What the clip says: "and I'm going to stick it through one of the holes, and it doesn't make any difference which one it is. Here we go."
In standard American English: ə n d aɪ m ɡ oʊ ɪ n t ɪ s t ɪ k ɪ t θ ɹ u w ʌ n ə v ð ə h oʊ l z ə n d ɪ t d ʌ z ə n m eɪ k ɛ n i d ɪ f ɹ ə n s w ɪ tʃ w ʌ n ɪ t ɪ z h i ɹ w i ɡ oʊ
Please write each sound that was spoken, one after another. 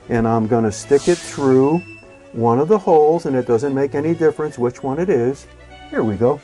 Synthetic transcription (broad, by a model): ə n aɪ m ɡ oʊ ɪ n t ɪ s t ɪ k ɪ t θ ɹ u w ʌ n ə v ð ə h oʊ l z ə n ɪ t d ʌ z ə n m eɪ k ɛ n i d ɪ f ɹ ə n s w ɪ tʃ w ʌ n ɪ t ɪ z h i ɹ w i ɡ oʊ